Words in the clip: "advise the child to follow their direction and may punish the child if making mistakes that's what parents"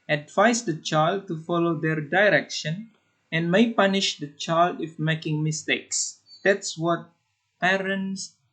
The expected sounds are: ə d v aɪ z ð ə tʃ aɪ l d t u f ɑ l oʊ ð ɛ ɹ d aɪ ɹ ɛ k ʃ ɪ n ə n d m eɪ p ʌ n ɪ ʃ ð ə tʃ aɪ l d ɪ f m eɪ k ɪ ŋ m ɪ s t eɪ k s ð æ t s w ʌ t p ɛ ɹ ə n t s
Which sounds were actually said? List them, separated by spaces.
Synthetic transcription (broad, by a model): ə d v aɪ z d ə tʃ aɪ l d t u f ɑ l oʊ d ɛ ɹ d aɪ ɹ ɛ k ʃ ɪ n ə n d m eɪ p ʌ n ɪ ʃ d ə tʃ aɪ l d ɪ f m eɪ k ɪ ŋ m ɪ s t eɪ k s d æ t s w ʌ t p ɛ ɹ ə n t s